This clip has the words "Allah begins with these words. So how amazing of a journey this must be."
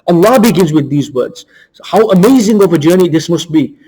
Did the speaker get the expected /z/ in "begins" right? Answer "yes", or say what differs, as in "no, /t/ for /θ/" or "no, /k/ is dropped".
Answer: yes